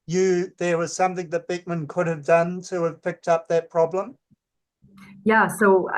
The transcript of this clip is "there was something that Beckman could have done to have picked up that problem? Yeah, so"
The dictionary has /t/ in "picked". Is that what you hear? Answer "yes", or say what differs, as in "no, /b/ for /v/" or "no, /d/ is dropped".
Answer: yes